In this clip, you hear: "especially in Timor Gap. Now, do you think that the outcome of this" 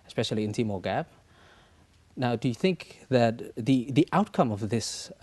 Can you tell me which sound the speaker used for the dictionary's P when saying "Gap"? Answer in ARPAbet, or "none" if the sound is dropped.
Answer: B